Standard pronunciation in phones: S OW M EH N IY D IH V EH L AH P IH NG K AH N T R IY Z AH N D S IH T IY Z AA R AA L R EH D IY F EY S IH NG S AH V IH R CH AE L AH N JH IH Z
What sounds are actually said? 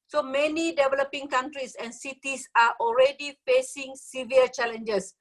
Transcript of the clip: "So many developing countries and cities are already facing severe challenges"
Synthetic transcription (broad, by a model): S OW M EH N IY D IH V EH L AH P IH NG K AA N T R IY S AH N S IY T IY S AA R AA L R EH D IY F EY S IH NG S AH V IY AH CH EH L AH N JH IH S